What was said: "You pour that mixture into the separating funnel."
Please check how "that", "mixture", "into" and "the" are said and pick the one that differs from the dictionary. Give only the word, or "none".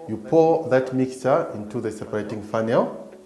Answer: none